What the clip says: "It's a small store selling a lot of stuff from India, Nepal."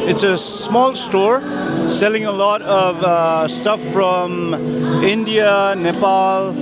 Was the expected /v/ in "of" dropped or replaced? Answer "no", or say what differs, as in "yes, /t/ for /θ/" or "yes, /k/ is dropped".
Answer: no